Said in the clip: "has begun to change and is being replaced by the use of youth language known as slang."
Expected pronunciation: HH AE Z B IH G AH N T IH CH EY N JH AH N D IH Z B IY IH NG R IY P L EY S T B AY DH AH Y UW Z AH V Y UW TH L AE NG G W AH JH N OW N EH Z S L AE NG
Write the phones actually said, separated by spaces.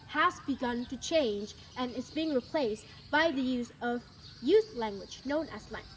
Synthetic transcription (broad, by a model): HH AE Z B IH G AH N T IH CH EY N JH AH N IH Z B IY IH NG R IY P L EY S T B AY DH AH Y UW Z AH V Y UW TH L AE NG G W AH JH N OW N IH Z L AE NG